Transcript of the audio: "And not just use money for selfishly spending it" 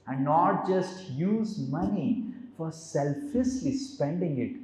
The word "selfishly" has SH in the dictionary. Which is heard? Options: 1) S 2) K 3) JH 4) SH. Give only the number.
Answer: 1